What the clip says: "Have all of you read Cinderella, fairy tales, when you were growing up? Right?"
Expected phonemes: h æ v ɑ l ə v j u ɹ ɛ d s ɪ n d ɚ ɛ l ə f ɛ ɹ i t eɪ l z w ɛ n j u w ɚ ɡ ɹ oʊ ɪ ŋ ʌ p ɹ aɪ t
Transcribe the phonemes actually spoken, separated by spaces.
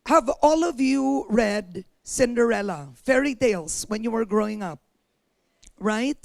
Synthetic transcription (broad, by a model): h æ v ɑ l ə v j u ɹ ɛ d s ɪ n d ɚ ɛ l ə f ɛ ɹ i t eɪ l s w ɛ n j u w ɚ ɡ ɹ oʊ ɪ ŋ ʌ p ɹ aɪ t